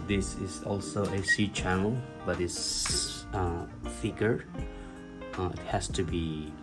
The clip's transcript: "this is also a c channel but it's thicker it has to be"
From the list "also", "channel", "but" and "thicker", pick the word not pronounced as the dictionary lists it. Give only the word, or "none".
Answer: thicker